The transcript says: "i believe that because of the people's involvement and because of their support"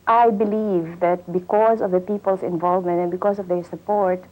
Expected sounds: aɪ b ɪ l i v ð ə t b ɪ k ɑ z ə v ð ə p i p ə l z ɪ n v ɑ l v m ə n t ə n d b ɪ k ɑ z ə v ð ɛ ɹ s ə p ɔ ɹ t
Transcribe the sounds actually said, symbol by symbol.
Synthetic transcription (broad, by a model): aɪ b ɪ l i v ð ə t b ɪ k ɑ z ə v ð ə p i p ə l s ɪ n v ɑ l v m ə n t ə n b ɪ k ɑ s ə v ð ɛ ɹ s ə p ɔ ɹ t